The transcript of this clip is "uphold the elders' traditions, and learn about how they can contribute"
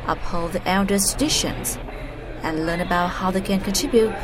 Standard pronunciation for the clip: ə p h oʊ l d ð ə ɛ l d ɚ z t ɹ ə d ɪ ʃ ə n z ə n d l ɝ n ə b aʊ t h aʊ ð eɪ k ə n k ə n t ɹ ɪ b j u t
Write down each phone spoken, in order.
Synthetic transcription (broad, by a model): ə p h oʊ l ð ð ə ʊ n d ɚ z t ɹ ə d ɪ ʃ ə n z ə n l ɝ n ə b aʊ t h aʊ ð eɪ k ə n k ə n t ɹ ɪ b j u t